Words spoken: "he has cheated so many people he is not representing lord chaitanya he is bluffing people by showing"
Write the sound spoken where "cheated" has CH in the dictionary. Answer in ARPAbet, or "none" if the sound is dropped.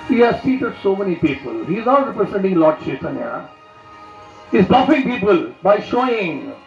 S